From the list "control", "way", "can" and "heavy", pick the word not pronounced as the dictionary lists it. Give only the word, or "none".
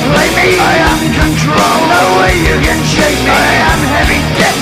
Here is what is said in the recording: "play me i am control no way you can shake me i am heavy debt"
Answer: none